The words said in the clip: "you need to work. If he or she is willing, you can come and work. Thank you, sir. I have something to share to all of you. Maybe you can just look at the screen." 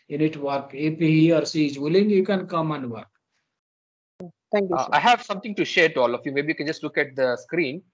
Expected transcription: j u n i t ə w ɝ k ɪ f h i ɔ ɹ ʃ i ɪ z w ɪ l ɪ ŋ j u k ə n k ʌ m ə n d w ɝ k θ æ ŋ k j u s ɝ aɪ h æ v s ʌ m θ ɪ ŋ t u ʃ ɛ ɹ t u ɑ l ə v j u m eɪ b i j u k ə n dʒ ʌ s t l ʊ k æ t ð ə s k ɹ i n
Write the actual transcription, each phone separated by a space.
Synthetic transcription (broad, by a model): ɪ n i t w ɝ k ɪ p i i ɔ ɹ s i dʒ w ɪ l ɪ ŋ j u k ə n k ʌ m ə n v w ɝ k t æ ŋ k j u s aɪ h æ v s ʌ m t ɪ ŋ t u ʃ ɛ ɹ t u ɑ l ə f j u m eɪ b i j u k ə n dʒ ʌ s t l ʊ k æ t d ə s k ɹ i n